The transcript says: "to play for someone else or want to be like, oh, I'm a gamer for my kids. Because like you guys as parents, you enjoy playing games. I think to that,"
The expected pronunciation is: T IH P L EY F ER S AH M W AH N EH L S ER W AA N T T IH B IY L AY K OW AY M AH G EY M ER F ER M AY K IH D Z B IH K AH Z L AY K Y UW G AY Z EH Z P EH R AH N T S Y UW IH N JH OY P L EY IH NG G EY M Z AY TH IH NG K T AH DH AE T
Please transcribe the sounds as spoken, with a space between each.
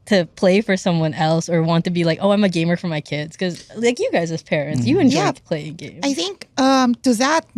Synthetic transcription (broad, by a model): T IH P L EY F ER S AH M W AH N EH L S ER W AA N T T IH B IY L AY K OW AY M AH G EY M ER F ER M AY K IH D Z K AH Z L AY K Y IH G AY Z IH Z P EH R AH N T S Y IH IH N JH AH P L EY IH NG G EY M AY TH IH NG K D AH DH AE T